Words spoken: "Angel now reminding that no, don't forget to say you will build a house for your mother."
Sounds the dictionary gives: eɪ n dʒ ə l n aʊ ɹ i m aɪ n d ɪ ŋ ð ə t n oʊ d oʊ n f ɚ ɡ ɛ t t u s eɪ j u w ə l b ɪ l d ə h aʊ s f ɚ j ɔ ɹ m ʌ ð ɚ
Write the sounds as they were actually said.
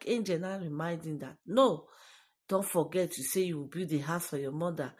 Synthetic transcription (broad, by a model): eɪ n dʒ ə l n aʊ ɹ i m aɪ n d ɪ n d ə t n oʊ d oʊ n f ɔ ɡ ɛ t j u s eɪ j u w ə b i d ə h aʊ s f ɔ j ɔ m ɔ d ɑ